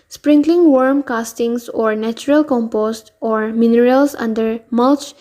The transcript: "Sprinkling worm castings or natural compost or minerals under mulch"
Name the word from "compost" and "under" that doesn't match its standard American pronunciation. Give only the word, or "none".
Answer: none